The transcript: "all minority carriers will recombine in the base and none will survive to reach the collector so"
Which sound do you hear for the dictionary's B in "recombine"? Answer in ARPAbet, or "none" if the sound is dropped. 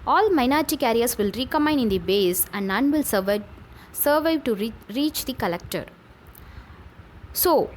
none